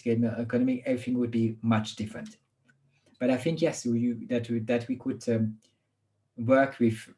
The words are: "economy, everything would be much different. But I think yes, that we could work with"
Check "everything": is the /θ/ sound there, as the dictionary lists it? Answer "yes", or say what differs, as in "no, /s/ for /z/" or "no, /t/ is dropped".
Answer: yes